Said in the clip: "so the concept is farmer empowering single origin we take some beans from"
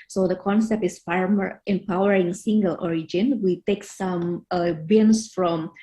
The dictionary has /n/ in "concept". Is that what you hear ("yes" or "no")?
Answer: yes